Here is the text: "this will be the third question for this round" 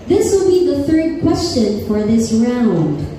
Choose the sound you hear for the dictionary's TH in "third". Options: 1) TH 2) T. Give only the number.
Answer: 1